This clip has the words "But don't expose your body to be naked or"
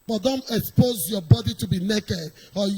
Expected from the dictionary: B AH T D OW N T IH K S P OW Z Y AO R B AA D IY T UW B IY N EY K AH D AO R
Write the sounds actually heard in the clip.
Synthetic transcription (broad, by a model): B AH T D OW N T IH K S P OW Z Y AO B AA D IY T UW B IY N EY K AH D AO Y